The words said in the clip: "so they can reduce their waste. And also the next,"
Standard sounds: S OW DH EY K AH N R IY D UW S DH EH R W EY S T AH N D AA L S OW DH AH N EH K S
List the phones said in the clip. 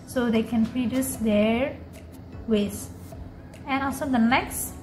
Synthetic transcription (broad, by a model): S OW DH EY K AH N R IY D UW S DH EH R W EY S AH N AA L S OW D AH N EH K S